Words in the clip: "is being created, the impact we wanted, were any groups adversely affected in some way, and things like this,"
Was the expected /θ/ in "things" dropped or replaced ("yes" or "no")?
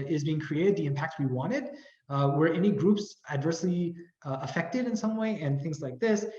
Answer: no